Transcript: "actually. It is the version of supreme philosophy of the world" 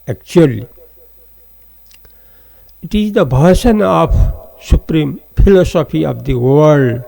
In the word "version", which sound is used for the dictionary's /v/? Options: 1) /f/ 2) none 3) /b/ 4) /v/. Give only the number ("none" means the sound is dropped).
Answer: 3